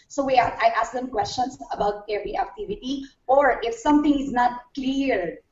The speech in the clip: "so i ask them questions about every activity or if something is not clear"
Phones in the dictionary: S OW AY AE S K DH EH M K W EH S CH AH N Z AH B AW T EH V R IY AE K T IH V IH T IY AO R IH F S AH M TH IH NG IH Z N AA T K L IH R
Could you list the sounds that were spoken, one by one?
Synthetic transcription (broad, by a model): S OW AY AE S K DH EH M K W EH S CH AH N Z AH B AW T EH V R IY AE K T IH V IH T IY AO R IH F S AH M T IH NG IH Z N AA T K L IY R